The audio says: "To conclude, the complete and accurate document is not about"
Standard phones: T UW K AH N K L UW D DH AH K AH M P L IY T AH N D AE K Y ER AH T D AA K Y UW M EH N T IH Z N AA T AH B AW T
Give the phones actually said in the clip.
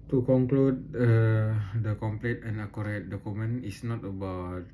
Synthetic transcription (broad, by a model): T UW K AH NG K L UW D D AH K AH M P L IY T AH N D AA K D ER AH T D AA K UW M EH N IH S N AA T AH B AW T